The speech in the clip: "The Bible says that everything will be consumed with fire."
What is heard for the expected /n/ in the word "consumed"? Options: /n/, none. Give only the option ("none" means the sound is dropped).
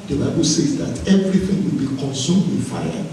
/n/